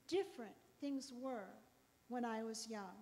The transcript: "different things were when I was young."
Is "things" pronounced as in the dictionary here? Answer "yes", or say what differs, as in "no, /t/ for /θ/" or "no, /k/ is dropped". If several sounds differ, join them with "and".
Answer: yes